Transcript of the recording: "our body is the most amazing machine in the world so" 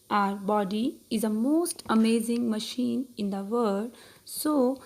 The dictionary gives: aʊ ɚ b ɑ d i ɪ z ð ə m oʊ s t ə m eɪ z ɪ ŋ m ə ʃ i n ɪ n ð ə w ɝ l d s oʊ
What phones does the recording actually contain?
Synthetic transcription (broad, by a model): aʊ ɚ b ɑ d i ɪ z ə m oʊ s t ə m eɪ z ɪ ŋ m ə ʃ i n ɪ n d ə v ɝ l d s oʊ